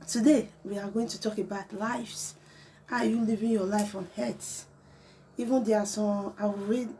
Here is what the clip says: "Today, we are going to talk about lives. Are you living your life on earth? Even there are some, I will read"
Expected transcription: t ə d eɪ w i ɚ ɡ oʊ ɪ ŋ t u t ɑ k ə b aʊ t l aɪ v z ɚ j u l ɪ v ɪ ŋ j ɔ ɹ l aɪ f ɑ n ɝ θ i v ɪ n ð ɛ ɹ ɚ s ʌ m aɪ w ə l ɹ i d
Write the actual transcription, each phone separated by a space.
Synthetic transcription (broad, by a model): t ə d eɪ w i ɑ ɡ oʊ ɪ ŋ t u t ɑ k ə b aʊ t l aɪ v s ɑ j u l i v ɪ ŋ j ɔ l aɪ f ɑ n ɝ s i v ɪ n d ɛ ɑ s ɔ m aɪ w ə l ɹ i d